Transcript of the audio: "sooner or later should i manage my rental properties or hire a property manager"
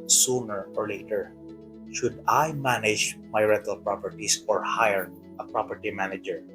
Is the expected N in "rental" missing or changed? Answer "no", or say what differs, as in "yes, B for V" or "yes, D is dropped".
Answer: yes, N is dropped